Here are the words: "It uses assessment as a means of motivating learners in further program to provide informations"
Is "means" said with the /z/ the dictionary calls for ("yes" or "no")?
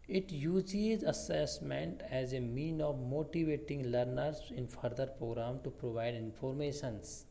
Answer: no